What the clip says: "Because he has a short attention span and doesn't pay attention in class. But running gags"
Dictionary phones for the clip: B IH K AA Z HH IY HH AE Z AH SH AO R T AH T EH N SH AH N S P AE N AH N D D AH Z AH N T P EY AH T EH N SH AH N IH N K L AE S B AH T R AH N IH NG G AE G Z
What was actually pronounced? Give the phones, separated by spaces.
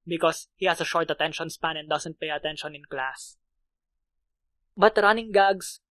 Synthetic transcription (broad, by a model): B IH K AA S HH IY HH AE S AH SH AO R T AH T EH N SH AH N S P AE N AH N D D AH S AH N T P EY AH T EH N SH AH N IH N K L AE S B AH T R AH N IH NG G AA G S